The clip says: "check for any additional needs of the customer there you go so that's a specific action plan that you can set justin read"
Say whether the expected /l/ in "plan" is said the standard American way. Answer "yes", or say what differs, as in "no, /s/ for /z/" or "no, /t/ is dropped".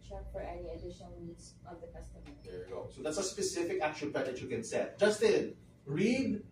no, /l/ is dropped